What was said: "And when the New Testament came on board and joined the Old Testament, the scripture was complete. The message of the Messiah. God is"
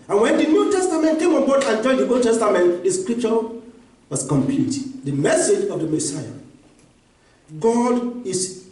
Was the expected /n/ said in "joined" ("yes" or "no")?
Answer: no